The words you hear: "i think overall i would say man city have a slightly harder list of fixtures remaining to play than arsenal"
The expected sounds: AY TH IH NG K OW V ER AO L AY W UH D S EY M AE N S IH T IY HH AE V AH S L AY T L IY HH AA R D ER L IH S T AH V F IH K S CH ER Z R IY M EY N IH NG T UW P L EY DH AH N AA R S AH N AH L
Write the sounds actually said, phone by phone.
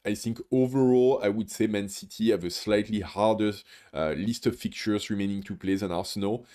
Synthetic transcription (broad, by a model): AY TH IH NG K OW V ER AO L AY W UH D S EY M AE N S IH T IY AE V AH S L AY T L IY HH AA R D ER L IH S T AH V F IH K CH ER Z R IY M EY N IH NG T UW P L EY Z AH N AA R S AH N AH L